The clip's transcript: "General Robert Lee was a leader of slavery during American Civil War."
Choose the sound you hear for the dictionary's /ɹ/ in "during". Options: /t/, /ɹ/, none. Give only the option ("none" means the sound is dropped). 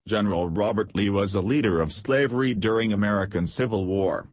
/ɹ/